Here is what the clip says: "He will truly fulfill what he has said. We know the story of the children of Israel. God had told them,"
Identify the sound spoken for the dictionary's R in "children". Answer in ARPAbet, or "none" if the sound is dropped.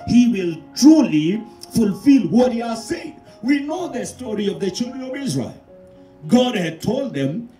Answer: R